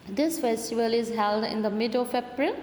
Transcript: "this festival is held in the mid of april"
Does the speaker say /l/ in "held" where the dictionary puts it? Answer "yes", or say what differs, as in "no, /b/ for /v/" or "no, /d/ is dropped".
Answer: yes